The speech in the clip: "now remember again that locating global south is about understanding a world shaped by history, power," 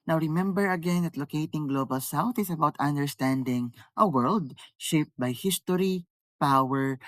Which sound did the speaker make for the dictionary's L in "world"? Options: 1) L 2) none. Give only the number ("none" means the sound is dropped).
1